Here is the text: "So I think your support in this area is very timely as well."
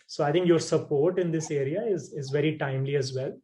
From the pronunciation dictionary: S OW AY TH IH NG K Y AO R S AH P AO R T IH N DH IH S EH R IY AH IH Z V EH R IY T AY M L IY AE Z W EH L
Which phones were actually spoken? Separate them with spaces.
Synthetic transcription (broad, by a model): S OW AY T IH NG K Y AO R S AH P AO R T IH N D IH S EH R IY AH IH Z V EH R IY T AY M L IY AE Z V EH L